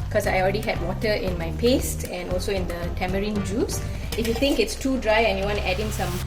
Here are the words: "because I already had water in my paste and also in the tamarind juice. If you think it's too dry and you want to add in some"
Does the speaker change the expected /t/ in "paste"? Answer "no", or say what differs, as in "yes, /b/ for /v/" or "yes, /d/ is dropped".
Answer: no